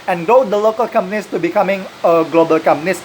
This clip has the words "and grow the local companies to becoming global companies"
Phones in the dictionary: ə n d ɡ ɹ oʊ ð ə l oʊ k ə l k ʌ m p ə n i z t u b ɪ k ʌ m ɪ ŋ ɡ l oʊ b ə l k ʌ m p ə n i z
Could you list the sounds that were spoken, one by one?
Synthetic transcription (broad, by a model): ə n ɡ oʊ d ə l oʊ k ə l k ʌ m p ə n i s t u b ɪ k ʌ m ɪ ŋ ɡ l oʊ b ə l k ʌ m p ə n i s